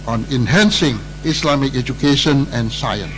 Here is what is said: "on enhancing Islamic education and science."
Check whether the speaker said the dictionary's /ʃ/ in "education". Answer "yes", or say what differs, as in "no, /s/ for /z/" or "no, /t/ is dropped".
yes